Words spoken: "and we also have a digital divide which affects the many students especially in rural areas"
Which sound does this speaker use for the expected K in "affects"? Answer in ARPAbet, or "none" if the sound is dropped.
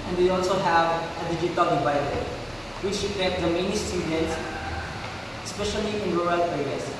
none